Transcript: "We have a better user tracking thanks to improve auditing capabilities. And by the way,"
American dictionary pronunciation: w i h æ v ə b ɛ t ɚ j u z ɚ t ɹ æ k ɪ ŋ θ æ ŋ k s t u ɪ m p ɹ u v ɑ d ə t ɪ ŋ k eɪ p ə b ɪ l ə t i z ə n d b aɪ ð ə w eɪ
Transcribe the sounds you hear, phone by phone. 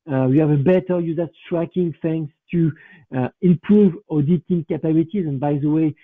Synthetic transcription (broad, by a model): w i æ v ə b ɛ t ɚ j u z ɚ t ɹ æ k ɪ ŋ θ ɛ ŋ s t u ɪ m p ɹ u v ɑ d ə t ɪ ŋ k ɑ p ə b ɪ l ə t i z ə n b aɪ ð ə w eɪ